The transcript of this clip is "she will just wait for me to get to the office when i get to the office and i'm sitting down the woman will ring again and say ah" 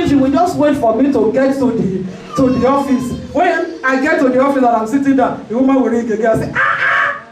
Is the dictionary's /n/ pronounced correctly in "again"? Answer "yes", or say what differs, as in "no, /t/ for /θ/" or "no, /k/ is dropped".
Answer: no, /n/ is dropped